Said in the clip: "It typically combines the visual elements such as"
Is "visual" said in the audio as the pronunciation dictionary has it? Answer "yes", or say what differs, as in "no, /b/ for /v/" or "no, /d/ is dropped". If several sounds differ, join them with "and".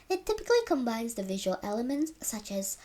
yes